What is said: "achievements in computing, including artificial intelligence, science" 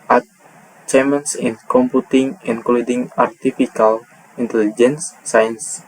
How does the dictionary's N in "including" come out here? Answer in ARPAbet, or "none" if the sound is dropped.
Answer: N